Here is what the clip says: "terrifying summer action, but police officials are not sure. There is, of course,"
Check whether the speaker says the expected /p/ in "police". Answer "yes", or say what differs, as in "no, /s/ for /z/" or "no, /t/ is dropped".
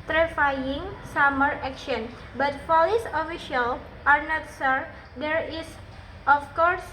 no, /f/ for /p/